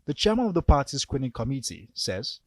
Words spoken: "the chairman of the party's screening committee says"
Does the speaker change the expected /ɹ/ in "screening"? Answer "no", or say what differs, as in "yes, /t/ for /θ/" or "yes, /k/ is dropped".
yes, /w/ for /ɹ/